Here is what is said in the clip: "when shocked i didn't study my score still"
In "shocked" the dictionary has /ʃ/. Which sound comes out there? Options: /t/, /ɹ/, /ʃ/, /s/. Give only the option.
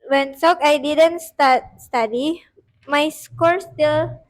/s/